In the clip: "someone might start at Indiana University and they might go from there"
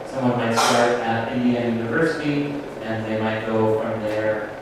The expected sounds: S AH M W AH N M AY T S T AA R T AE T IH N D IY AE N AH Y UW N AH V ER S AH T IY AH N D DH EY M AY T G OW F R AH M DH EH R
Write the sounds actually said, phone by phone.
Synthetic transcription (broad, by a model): S AH M W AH N M AY T S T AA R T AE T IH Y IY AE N Y UW N AH V ER S AH T IY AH N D DH EY M AY T G OW F R AH M DH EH R